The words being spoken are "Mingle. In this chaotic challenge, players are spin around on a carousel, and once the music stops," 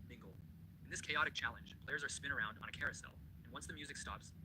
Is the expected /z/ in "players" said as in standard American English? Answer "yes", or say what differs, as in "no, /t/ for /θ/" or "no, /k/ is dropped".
yes